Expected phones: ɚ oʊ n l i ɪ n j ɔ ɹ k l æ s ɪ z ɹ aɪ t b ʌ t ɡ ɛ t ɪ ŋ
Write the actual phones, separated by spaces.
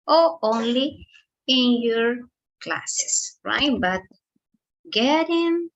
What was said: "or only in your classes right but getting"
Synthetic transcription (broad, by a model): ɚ oʊ n l i ɪ n j ɔ ɹ k l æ s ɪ s ɹ aɪ t b ʌ t ɡ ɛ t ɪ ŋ